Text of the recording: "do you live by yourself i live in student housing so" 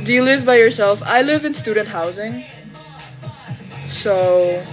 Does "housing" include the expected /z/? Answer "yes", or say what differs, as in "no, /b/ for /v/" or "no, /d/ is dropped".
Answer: yes